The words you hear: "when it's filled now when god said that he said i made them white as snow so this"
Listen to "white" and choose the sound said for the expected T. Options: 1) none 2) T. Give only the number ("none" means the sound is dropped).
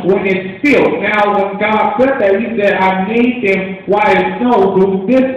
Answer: 1